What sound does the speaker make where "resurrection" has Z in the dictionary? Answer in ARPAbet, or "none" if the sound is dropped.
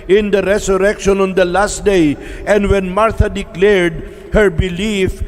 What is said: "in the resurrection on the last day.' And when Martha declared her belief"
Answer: S